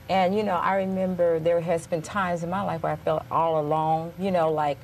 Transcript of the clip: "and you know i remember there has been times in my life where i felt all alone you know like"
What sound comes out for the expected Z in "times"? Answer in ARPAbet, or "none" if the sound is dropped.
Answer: Z